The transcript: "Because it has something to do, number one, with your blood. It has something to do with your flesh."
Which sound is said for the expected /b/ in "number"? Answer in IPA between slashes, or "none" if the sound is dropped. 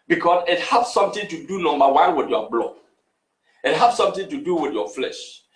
none